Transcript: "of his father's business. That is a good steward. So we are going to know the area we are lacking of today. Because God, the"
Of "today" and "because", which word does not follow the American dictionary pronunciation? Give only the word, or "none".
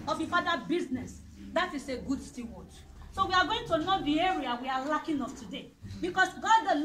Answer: because